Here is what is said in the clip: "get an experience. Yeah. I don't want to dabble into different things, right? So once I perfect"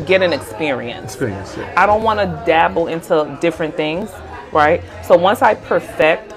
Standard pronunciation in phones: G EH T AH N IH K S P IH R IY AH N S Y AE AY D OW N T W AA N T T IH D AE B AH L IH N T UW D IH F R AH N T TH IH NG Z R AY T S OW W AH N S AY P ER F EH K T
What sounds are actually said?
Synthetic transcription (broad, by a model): G EH T AH N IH K S P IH R IY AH N S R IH AY D OW N T W AA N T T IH D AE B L IH N T UW D IH F R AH N TH IH NG Z R AY T S OW W AH N S AY P ER F EH K T